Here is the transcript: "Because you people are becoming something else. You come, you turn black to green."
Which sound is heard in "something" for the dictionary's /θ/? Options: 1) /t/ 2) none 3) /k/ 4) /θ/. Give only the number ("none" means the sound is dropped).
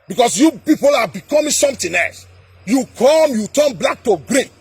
1